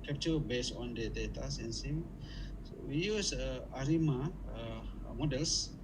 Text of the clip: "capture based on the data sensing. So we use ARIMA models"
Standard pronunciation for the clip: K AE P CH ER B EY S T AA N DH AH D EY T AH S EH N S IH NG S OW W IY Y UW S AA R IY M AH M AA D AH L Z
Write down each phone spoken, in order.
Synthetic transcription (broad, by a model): K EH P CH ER B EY S AA N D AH D EY T AH S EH N S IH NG S OW W IY Y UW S AA R IY M AH M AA D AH L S